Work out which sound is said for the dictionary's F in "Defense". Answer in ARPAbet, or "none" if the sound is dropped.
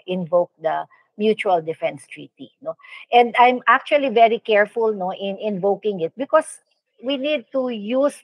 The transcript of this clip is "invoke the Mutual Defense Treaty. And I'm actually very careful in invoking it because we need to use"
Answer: F